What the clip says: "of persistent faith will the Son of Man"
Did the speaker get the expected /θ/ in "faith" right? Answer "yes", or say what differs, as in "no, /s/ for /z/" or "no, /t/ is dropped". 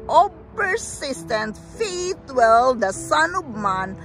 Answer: no, /t/ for /θ/